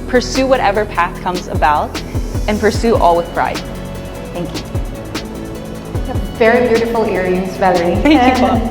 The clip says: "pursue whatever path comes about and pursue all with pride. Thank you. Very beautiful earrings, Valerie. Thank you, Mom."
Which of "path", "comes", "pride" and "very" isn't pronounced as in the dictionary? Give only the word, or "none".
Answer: none